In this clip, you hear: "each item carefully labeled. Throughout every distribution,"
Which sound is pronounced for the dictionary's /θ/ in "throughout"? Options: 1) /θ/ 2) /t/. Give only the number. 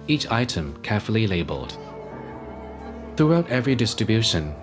1